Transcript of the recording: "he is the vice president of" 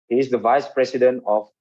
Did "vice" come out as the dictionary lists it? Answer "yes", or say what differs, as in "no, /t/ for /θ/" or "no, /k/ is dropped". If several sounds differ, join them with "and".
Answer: yes